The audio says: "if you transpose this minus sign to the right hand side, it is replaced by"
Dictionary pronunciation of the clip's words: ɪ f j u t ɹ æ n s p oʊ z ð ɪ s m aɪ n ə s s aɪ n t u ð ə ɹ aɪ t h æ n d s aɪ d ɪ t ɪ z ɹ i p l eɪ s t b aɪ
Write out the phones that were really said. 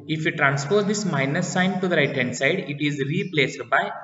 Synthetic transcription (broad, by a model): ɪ f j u t ɹ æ n s f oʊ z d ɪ s m aɪ n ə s s aɪ n t u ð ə ɹ aɪ t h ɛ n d s aɪ d ɪ t ɪ z ɹ i p l eɪ s t b aɪ